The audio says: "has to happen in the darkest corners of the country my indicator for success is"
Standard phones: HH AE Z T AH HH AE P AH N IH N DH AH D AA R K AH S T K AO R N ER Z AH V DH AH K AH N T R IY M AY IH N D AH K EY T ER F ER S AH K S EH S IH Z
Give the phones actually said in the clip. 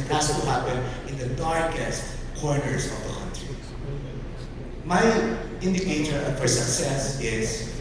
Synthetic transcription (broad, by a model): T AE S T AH HH AE P AH N IH N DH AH D AA R K AH S T K AO R N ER S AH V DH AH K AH N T R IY M AY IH N D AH K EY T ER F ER S AH K S EH S IH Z